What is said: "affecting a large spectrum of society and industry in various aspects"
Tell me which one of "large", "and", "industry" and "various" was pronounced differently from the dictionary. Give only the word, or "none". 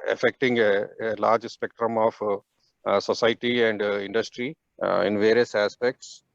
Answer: none